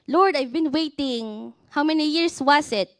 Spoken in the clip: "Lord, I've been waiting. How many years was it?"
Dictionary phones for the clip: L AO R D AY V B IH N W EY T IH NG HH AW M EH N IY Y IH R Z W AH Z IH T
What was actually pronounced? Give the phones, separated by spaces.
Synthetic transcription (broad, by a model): L AO R D AY V B IH N W EY T IH NG HH AW M EH N IY Y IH R S W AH S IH T